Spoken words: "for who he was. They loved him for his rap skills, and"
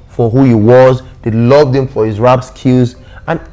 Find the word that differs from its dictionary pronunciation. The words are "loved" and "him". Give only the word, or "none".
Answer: none